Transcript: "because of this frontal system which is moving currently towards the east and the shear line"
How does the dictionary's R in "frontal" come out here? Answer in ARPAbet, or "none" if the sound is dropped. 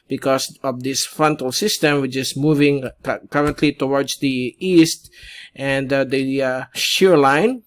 R